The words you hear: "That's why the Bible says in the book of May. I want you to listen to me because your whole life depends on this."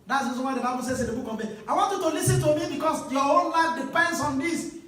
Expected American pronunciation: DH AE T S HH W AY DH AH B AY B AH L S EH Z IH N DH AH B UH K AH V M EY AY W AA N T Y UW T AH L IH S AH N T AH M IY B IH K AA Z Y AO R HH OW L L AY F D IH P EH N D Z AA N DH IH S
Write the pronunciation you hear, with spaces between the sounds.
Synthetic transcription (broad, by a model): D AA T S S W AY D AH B AY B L S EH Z IH N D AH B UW K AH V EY AY W AA N T Y UW T AH L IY S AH N T AH M IY B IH K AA S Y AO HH OW N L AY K D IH P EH N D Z AA N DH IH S